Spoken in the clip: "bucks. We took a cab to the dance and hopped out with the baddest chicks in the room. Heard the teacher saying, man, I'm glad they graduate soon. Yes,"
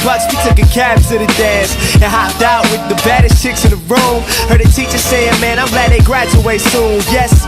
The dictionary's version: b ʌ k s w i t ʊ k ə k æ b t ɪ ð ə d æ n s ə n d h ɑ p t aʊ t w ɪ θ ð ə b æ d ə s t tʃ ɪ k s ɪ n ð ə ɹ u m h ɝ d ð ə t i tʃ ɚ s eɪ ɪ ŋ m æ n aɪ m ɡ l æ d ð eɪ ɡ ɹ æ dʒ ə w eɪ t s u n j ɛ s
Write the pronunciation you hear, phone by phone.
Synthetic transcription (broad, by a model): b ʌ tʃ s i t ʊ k ə k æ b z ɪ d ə d æ n s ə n h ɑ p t aʊ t w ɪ ð ə b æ d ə s tʃ ɪ k s ɪ n ð ə ɹ u m h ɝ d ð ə t i tʃ ɚ s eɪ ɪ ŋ m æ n aɪ m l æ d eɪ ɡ ɹ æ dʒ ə w eɪ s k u l j ɛ s